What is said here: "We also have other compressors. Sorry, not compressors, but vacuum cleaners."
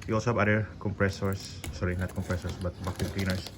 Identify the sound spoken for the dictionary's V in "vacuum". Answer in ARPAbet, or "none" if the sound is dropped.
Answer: B